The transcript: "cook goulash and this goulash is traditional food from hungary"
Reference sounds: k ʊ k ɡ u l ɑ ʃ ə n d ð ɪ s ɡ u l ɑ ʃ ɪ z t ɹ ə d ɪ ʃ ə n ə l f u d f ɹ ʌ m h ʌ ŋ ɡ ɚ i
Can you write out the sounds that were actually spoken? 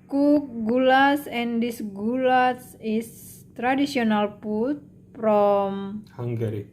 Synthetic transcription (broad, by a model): k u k ɡ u l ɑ s ə n d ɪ s ɡ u l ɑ s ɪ s t ɹ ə d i s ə n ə l p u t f ɹ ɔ m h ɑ ŋ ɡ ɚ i